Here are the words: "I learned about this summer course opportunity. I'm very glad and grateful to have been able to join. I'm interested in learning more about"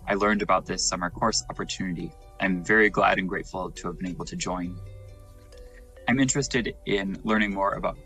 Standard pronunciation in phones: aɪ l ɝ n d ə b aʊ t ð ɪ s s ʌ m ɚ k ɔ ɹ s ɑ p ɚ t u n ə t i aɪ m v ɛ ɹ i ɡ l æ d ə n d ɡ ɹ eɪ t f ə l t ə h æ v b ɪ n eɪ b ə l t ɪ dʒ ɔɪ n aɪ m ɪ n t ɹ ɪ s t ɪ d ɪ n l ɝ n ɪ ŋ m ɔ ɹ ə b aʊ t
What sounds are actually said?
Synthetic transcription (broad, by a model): aɪ l ɝ n d ə b aʊ t ð ɪ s s ʌ m ɚ k ɔ ɹ s ɑ p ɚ t u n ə t i aɪ m v ɛ ɹ i ɡ l æ d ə n ɡ ɹ eɪ t f l t ə v b ɪ n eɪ b l t ɪ dʒ ɔɪ n aɪ m ɪ n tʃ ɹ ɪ s t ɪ d ɪ n l ɝ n ɪ ŋ m ɔ ɹ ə b aʊ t